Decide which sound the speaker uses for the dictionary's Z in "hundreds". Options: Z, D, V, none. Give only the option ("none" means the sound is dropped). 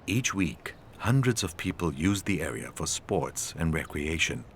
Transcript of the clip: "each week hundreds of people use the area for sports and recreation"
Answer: Z